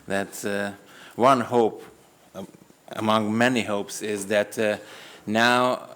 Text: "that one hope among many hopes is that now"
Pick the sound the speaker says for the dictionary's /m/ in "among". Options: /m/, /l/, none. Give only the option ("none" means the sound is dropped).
/m/